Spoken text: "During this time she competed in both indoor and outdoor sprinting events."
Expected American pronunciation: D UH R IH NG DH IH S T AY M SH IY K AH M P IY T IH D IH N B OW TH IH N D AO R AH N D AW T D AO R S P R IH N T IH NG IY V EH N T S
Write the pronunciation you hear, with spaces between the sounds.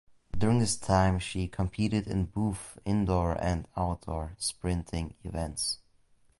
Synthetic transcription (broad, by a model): D UH R IH NG DH IH S T AY M SH IY K AH M P IY T IH D IH N B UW F IH N D AO R AH N D AW T D AO R S P R IH N T IH NG IY V EH N T S